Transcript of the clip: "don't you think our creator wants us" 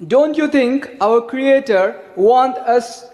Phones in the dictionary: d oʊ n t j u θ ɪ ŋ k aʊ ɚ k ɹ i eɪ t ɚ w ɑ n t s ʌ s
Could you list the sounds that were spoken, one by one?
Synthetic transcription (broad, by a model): d oʊ n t j u t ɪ ŋ k aʊ ɚ k ɹ i eɪ t ɚ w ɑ n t ʌ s